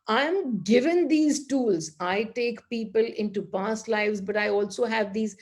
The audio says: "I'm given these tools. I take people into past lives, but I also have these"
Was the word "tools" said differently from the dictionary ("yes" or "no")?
no